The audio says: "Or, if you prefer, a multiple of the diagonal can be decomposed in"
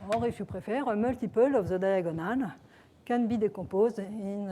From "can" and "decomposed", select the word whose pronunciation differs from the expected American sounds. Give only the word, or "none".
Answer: decomposed